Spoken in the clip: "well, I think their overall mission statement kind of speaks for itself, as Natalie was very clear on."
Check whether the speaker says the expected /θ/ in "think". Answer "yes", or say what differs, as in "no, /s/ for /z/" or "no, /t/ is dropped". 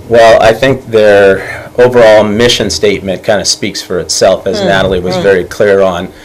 yes